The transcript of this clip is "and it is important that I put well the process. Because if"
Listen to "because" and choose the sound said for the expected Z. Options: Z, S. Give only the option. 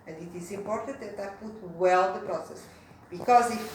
Z